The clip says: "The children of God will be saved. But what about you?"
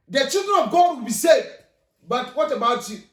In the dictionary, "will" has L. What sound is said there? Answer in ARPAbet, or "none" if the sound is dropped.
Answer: N